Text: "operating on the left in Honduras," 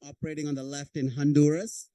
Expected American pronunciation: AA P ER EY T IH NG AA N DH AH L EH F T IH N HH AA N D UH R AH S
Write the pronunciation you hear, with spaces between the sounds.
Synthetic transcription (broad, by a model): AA P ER EY T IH NG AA N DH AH L EH F T IH N HH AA N D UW R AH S